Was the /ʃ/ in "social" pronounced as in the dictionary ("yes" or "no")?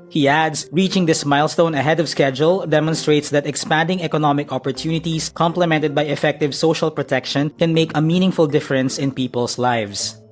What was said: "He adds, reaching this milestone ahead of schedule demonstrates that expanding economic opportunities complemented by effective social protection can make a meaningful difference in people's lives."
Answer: yes